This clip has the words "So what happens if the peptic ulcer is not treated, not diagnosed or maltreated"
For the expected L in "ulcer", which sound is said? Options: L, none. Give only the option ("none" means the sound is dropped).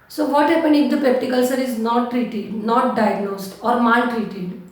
L